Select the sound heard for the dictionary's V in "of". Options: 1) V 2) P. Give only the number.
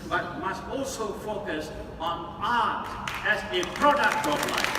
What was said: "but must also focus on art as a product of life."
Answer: 2